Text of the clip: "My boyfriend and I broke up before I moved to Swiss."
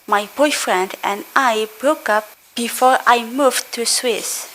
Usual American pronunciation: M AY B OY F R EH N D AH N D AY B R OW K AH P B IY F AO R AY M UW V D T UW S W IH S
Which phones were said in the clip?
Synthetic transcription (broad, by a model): M AY B OY F R EH N D AH N D AY B R OW K AH P B IY F AO R AY M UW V T UW S W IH S